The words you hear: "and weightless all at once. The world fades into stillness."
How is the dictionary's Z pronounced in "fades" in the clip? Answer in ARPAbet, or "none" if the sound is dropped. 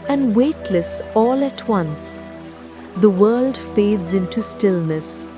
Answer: Z